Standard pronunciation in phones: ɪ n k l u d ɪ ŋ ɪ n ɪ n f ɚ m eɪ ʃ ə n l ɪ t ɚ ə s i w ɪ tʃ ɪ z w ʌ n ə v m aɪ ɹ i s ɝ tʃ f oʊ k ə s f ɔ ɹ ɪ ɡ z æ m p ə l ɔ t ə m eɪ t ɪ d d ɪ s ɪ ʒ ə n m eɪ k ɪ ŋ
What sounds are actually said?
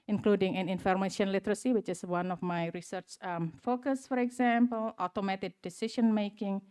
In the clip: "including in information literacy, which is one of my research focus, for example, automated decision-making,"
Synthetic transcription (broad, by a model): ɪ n k l u d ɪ ŋ ɪ n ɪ n f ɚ m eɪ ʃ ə n l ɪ t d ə s i w ɪ tʃ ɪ s w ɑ n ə f m aɪ ɹ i s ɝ tʃ f oʊ k ə s f ɔ ɹ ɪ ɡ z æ m p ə l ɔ t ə m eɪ t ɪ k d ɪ s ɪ ʃ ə n m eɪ k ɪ ŋ